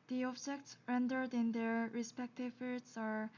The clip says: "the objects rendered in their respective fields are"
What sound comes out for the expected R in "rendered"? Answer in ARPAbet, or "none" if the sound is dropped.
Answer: R